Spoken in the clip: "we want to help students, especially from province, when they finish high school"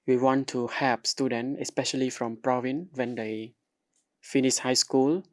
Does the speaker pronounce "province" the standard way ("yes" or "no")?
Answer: no